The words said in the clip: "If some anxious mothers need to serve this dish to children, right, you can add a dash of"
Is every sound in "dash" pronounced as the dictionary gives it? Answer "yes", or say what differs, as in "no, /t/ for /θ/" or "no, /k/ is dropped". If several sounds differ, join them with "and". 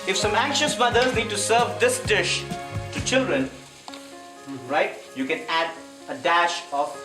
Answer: yes